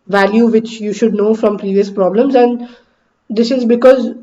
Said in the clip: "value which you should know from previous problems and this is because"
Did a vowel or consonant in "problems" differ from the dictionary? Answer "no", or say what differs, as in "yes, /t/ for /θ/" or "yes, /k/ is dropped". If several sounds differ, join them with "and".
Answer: no